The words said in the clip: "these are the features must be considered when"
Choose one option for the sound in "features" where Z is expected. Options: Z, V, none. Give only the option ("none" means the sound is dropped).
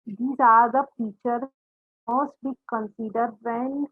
none